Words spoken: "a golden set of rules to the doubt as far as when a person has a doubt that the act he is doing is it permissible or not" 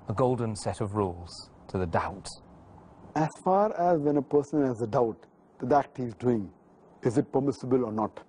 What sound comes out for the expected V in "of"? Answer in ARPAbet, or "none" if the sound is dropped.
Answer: V